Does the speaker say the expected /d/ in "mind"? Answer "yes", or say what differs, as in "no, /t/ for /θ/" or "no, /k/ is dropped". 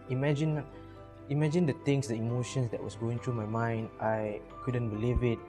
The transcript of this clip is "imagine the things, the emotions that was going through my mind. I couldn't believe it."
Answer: yes